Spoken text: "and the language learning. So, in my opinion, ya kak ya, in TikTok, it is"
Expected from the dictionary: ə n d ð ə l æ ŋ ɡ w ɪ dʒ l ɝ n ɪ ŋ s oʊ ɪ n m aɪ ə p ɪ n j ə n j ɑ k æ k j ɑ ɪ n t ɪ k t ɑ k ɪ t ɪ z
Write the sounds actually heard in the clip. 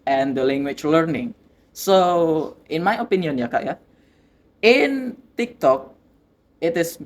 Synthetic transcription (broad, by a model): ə n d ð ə l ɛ ŋ ɡ w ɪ tʃ l ɝ n ɪ ŋ s oʊ ɪ n m aɪ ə p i n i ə n j ɑ k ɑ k j ɑ ɪ n t ɪ k t ɑ k ɪ t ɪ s